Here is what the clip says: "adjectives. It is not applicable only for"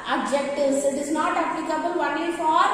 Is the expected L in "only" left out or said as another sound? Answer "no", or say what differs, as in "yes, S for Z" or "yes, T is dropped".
yes, L is dropped